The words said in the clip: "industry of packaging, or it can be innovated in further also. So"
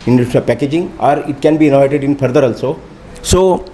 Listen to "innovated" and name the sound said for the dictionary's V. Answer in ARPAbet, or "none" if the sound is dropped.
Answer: none